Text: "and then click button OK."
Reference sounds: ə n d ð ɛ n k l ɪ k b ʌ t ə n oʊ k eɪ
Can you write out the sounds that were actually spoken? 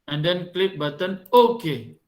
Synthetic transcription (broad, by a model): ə n d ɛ n k l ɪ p b ʌ t ə n oʊ k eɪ